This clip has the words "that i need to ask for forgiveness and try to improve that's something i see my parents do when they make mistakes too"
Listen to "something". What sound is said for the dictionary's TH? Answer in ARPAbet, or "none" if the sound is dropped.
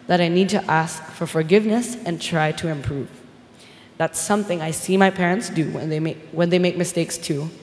TH